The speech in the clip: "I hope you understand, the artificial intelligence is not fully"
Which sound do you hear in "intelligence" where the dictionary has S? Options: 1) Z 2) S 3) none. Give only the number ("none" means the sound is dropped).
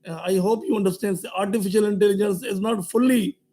2